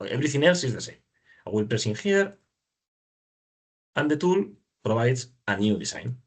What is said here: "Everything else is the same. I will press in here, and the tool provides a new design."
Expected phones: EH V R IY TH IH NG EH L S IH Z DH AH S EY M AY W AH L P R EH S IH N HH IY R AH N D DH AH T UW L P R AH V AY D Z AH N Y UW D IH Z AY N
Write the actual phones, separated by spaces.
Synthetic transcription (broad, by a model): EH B R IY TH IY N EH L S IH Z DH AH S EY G W AH L P R EH S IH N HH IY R AH N D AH T UW L P R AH B AY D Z AH N Y UW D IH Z AY N